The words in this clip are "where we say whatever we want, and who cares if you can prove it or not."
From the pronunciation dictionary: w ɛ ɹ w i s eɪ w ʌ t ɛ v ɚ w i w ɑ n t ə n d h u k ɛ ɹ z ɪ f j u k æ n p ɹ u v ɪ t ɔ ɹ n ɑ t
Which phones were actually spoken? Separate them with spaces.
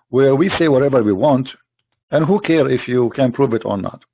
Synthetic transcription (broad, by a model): w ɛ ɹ w i s eɪ w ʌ t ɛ v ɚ w i w ɑ n t ə n d h u k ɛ ɹ ɪ f j u k æ n p ɹ u v ɪ t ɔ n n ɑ t